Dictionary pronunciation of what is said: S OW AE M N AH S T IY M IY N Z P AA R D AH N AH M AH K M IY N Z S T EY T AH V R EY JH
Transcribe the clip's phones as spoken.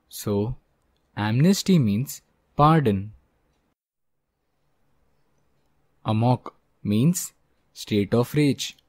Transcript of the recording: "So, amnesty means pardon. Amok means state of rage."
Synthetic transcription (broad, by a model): S OW AE M N AH S T IY M IY N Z P AA R D AH N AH M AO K M IY N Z S T EY T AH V R EY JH